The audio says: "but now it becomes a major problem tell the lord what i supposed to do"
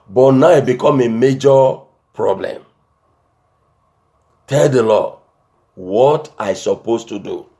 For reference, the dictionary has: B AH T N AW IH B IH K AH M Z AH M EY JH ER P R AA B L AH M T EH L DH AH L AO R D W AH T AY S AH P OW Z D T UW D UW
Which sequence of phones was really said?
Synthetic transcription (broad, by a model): B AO T N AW IH B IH K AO M AH M EY JH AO P R AA B L AH M T EH L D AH L AO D W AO T AY S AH P OW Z T UW D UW